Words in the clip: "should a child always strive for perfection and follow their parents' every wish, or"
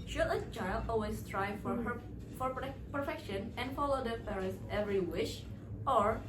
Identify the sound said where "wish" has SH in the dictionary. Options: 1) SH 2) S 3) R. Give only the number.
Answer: 1